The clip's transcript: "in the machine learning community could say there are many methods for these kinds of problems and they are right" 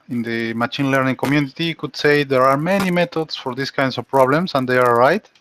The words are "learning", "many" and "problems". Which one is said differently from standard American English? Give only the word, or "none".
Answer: problems